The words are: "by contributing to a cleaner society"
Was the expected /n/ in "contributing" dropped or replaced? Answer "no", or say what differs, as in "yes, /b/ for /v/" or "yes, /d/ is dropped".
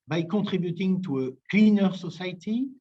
yes, /n/ is dropped